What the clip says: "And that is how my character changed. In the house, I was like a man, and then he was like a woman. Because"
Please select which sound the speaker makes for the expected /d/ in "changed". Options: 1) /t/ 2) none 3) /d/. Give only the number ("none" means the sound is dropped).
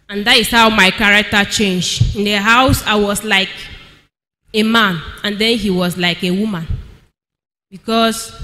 2